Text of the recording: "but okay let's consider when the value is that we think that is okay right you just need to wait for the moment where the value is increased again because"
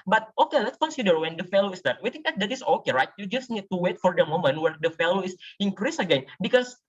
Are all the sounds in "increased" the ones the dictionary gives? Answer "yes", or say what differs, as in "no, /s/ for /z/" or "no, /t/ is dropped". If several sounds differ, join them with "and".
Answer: no, /t/ is dropped